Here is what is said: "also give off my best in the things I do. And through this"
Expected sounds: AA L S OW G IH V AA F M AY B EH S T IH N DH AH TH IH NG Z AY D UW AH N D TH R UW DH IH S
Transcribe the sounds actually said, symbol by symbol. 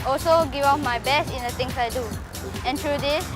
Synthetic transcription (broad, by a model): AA L S OW G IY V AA P M AY B EH S T IH N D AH T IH NG S AY D UW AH N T R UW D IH S